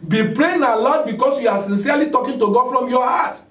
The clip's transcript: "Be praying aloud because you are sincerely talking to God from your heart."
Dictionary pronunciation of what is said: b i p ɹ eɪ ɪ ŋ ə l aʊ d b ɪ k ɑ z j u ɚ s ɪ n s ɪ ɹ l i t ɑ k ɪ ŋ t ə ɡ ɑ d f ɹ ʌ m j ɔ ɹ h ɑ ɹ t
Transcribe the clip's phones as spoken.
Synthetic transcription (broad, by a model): b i p ɹ eɪ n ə l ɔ d b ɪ k ɑ s j u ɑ s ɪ n s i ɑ l i t ɑ k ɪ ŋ t ə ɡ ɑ f ɹ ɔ m j ɔ h ɑ t